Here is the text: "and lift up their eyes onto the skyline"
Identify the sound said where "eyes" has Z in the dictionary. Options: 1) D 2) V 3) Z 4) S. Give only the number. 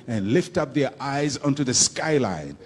3